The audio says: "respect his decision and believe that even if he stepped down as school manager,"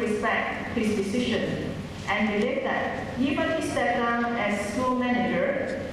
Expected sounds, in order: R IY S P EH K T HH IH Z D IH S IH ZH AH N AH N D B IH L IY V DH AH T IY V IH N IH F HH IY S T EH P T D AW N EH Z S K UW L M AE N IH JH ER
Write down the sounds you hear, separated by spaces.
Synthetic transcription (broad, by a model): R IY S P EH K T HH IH S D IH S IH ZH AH N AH N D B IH L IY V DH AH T IY V IH N HH IY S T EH T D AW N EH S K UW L M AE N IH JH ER